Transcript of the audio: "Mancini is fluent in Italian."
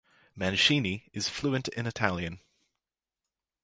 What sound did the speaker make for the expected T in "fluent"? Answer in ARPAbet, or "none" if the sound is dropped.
T